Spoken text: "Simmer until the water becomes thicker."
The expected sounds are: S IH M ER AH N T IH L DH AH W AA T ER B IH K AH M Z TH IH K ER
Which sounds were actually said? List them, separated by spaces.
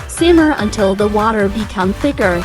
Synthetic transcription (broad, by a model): S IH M ER AH N T IH L DH AH W AA T ER B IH K AH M TH IH K ER